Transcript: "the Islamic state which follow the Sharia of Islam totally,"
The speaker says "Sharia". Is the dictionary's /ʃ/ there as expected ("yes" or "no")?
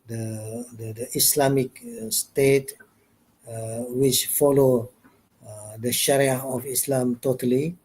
yes